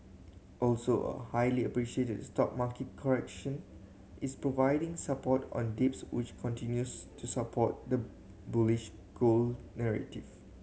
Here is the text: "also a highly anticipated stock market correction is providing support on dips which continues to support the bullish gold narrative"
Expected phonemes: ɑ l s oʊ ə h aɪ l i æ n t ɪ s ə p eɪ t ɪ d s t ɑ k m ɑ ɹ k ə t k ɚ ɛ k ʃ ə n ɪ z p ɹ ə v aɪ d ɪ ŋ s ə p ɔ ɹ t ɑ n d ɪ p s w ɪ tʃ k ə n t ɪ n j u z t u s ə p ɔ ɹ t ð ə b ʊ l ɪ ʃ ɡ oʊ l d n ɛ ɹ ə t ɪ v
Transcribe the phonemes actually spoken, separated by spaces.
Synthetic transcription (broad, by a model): ɑ l s oʊ ə h aɪ l i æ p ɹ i ʃ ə eɪ t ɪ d s t ɑ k m ɑ k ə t k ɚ ɛ k ʃ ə n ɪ s p ɹ ə v aɪ d ɪ ŋ s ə p ɔ t ɑ n d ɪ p s w ɪ tʃ k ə n t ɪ n j u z t u s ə p ɔ t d ə b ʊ l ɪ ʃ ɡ oʊ l n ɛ ɹ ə t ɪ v